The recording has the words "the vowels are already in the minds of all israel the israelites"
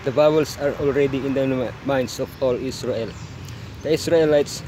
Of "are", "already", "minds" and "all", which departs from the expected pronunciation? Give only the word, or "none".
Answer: minds